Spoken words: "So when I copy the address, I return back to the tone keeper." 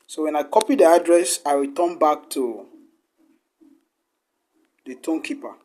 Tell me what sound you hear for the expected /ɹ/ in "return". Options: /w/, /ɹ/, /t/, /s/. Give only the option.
/w/